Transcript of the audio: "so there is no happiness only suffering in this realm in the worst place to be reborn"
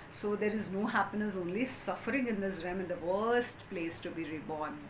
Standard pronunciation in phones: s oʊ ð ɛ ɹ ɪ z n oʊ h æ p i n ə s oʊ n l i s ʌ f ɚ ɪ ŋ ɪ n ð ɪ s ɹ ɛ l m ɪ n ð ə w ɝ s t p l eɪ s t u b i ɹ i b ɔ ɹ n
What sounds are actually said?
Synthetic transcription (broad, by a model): s oʊ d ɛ ɹ ɪ z n oʊ h æ p i n ə s oʊ n l i s ʌ f ɚ ɪ ŋ ɪ n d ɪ s ɹ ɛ m ɪ n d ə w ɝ s t p l eɪ s t u b i ɹ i b ɔ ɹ n